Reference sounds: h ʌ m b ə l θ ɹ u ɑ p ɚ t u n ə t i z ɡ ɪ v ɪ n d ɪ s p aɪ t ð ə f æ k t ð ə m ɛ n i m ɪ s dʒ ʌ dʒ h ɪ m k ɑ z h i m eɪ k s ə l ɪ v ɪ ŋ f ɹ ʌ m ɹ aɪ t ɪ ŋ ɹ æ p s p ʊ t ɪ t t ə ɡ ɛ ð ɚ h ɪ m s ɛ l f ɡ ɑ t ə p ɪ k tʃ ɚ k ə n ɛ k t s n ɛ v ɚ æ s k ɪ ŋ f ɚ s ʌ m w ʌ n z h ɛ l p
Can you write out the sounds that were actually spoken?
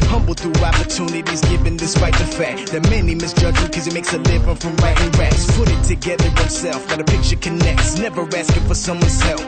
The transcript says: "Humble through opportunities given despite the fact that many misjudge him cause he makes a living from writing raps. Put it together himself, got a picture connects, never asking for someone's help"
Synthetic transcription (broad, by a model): h ʌ m b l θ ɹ ɑ p ɚ t u n ə t i z ɡ ɪ v ɪ n d ɪ s p aɪ t ð ə f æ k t ð ə m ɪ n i m ɪ s dʒ ʌ dʒ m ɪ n k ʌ z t m eɪ k s ə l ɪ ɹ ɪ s f ɹ ʌ m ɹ aɪ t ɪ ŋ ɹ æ s p ʊ t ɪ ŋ t ə ɡ ɛ ð ɚ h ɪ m s ɛ l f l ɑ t ə p ɪ k tʃ ɚ k ə n ɛ k t s n ɛ v ɚ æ s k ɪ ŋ f ɚ s ʌ m w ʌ n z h ɛ l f